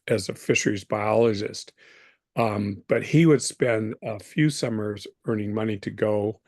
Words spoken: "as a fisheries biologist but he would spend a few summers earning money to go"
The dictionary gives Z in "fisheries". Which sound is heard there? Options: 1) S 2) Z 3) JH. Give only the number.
2